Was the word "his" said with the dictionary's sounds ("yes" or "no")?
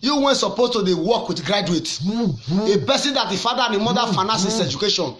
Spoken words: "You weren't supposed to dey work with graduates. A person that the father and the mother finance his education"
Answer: no